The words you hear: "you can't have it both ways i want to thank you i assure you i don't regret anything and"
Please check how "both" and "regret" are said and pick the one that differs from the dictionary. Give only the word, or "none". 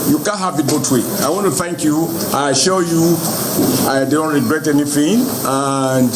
both